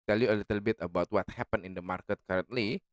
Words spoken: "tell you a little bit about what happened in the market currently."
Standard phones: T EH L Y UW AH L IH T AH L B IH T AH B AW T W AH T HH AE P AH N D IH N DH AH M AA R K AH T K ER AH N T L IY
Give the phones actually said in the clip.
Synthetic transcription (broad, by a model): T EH L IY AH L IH T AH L B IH T AH B AW T W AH T HH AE P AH N IH N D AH M AA R K AH T K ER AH N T L IY